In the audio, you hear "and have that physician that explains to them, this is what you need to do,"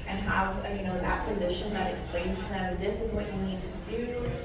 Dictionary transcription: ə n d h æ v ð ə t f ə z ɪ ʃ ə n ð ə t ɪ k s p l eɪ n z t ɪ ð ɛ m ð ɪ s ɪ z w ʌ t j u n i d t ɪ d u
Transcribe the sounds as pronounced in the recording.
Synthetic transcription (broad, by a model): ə n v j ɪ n ð ə t p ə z ɪ ʃ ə n ð ə t ɪ k s p l eɪ n z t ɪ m ð ɪ s ɪ z w ʌ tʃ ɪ n i d t ɪ d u